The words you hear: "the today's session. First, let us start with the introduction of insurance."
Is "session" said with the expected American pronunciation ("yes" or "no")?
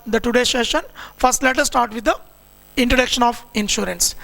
yes